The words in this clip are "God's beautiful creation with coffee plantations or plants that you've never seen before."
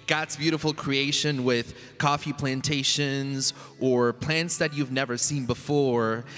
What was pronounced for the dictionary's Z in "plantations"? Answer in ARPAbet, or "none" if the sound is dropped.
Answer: Z